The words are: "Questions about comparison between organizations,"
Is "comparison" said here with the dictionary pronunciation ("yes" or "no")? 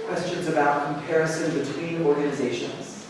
yes